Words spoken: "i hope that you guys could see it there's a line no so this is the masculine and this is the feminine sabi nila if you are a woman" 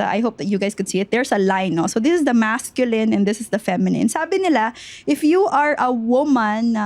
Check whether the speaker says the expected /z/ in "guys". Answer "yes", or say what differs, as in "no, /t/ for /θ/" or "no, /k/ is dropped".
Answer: no, /s/ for /z/